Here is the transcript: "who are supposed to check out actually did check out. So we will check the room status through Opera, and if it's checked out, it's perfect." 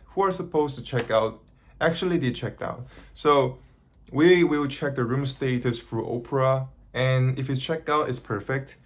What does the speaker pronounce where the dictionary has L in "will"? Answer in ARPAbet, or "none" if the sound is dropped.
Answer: W